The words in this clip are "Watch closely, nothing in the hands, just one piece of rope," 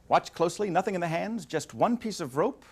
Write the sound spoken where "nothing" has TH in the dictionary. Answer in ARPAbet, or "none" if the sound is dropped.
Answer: TH